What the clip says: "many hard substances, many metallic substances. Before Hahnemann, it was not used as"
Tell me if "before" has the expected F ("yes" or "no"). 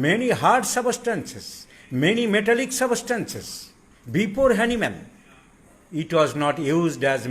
no